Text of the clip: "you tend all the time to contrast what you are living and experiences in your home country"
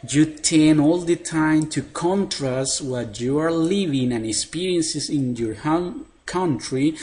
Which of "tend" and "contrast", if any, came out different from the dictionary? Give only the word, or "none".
tend